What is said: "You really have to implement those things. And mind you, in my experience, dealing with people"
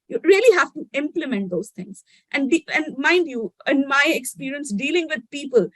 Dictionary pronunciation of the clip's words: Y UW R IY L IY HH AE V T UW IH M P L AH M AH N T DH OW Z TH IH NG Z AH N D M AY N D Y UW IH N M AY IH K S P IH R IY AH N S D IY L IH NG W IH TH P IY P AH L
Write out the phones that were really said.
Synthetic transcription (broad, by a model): Y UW R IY L IY HH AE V T UW IH M P L AH M AH N T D OW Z T IH NG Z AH N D M AY N D Y UW IH N M AY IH K S P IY R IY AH N S D IY L IH NG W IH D P IY P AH L